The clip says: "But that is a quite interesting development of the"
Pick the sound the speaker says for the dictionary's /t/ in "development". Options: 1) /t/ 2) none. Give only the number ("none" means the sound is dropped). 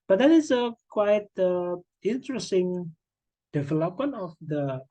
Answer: 2